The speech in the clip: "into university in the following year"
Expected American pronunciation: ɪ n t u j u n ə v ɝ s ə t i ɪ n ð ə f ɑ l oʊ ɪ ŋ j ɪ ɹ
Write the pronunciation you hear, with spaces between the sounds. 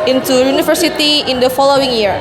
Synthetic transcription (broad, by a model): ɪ n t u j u n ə f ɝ s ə t i ɪ n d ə f ɑ l oʊ ɪ ŋ j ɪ ɹ